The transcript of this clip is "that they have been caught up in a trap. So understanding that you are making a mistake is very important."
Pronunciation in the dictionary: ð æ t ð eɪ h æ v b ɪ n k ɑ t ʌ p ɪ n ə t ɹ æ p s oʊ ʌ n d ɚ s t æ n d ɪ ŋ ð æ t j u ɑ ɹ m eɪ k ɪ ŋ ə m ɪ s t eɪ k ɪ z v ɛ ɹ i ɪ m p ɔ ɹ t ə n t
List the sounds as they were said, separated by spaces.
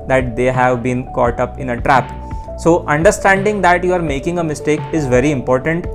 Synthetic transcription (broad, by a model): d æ t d eɪ h æ v b ɪ n k ɑ t ʌ p ɪ n ə t ɹ æ p s oʊ ʌ n d ɚ s t æ n d ɪ ŋ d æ t j u ɑ ɹ m eɪ k ɪ ŋ ə m ɪ s t eɪ k ɪ z v ɛ ɹ i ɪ m p ɔ ɹ t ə n t